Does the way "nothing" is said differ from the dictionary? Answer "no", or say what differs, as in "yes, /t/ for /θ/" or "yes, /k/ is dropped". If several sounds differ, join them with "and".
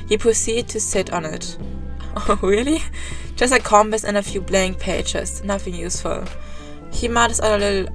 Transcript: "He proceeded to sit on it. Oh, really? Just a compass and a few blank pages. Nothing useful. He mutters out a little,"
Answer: no